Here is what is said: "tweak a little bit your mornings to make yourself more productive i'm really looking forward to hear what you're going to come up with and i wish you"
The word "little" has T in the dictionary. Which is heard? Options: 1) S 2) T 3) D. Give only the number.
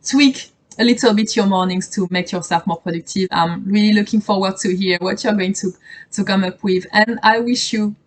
2